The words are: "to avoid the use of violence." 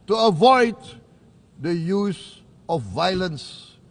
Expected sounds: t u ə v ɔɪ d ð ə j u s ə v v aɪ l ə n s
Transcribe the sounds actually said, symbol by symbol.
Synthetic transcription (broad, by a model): t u ə v ɔɪ d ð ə j u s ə f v aɪ l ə n s